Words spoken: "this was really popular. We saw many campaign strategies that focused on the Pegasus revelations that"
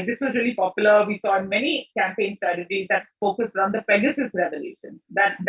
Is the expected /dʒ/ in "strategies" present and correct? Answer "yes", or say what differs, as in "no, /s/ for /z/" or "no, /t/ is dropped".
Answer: yes